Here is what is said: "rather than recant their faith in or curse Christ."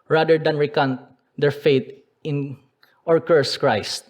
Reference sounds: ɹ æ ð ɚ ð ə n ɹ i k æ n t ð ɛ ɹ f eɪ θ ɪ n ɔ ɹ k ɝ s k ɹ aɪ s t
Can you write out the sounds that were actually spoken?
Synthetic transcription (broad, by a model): ɹ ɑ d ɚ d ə n ɹ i k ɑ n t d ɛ ɹ f eɪ t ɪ n ɔ ɹ k ɝ s k ɹ aɪ s t